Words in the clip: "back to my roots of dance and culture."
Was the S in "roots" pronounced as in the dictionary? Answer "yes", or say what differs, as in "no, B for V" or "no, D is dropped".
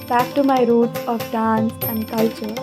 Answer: no, S is dropped